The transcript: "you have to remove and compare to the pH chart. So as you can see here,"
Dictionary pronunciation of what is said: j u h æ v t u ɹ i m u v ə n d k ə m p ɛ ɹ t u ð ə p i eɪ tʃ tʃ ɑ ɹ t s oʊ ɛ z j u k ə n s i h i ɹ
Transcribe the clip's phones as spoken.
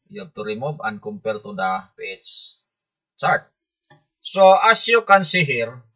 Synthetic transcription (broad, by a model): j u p t u ɹ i m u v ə n k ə m p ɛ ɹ t u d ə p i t s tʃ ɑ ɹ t s oʊ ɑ s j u k ə n s i h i ɹ